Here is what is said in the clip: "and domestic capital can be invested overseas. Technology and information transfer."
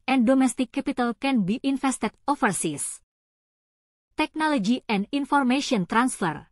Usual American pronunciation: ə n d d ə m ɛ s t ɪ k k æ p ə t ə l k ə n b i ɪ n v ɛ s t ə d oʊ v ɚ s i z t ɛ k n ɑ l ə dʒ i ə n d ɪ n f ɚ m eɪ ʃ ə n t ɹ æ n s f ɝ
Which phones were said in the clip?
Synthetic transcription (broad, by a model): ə n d d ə m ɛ s t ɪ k k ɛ p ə t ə l k ə n b i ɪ n f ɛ s t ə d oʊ f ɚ s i s t ɛ k n ɑ l ə dʒ i ə n d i n f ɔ m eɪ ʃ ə n t ɹ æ n s f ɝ